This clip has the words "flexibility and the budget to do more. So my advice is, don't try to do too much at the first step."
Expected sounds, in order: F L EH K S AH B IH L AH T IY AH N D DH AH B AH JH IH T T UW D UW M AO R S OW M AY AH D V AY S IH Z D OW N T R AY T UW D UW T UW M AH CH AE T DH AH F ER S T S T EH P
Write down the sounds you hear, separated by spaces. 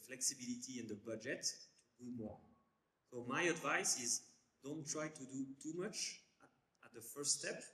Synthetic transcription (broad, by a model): F L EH K S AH B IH L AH T IY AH N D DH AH B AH JH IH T T UW D UW M AO R S OW M AY AH D V AY S IH Z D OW N T R AY T UW D UW T UW M AH CH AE T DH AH F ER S S T EH P